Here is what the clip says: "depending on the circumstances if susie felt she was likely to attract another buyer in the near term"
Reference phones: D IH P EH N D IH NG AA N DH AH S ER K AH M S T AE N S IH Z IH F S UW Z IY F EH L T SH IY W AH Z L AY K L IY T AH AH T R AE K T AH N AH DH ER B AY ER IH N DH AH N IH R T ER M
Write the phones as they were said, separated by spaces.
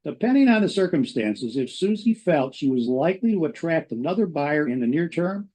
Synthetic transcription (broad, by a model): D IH P EH N D IH NG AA N DH AH S ER K AH M S T AE N S IH Z IH F S UW Z IY F EH L T SH IY W AH Z L AY K L IY T AH AH T R AE K T AH N AH DH ER B AY ER IH N DH AH N IH R T ER M